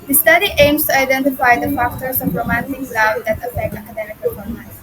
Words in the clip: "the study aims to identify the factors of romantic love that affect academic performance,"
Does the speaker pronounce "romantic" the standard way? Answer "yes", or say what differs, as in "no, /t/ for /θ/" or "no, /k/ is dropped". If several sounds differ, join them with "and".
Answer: yes